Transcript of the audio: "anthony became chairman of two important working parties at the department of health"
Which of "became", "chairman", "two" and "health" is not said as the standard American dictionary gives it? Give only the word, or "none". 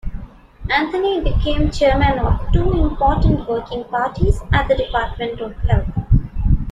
health